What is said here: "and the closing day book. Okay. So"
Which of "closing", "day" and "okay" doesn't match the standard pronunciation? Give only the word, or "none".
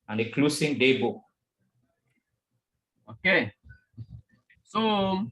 closing